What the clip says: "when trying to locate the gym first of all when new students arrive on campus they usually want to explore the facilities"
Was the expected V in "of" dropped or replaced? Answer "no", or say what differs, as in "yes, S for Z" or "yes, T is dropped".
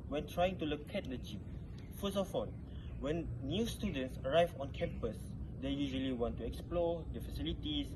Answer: yes, F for V